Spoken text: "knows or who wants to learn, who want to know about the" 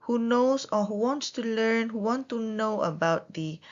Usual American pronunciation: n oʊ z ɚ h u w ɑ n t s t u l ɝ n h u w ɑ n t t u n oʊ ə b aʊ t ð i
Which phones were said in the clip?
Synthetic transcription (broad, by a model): n oʊ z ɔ h u w ɑ n t s t u l ɝ n h u w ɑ n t t u n oʊ ə b aʊ t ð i